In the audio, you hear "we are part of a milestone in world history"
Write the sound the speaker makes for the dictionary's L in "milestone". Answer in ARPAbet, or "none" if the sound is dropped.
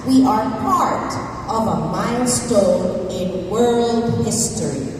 N